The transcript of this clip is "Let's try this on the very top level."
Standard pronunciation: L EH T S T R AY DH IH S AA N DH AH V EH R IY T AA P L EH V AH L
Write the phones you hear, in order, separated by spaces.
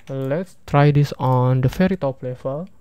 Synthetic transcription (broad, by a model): L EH T S T R AY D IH S AA N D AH F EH R IY T AA P L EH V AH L